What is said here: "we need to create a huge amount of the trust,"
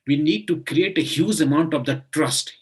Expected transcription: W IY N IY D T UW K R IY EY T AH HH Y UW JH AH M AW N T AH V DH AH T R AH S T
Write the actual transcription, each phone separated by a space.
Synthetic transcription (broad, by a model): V IY N IY D T UW K R IY EY T AH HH Y UW Z AH M AW N T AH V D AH T R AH S T